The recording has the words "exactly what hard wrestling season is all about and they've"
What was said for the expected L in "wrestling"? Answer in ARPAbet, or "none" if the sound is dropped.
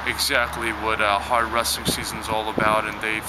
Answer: none